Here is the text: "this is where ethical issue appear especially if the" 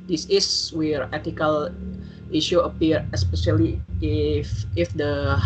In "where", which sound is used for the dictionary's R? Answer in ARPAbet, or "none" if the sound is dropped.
R